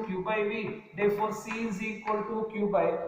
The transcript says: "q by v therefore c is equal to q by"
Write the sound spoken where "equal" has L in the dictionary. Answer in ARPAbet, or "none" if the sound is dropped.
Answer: L